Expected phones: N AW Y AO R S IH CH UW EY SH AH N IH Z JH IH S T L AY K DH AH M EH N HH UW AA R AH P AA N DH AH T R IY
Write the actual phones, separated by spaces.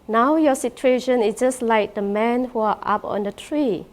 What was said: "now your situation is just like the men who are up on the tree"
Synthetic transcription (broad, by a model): N AW Y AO S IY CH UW EY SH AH N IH S JH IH S L AY K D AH M EH N HH UW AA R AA P AA N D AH T R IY